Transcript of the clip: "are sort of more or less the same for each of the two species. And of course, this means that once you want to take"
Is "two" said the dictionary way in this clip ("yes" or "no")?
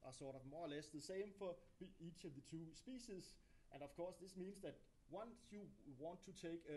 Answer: no